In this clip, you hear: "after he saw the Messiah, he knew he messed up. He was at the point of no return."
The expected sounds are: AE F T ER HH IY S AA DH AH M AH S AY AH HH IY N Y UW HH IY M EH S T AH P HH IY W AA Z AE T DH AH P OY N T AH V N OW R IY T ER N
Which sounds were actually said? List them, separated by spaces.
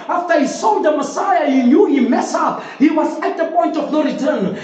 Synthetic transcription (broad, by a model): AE F T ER HH IY S AA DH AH M AH S AY AH HH IY N Y UW HH IY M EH S AH HH IY W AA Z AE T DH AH P OY N T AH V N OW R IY T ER N